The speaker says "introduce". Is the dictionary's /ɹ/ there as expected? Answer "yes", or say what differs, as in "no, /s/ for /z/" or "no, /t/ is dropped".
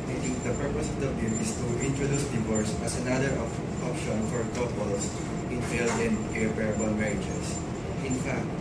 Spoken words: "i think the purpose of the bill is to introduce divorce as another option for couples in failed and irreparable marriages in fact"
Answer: yes